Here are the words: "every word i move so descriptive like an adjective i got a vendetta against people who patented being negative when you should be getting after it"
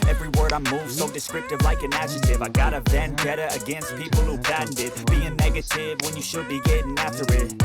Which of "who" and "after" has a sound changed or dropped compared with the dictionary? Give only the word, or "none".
none